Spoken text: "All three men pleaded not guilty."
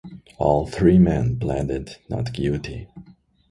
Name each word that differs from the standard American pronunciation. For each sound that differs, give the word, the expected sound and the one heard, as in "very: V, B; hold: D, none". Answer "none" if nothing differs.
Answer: guilty: L, none